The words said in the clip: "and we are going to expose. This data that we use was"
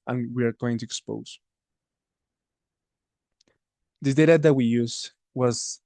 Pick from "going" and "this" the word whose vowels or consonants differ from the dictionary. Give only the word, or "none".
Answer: this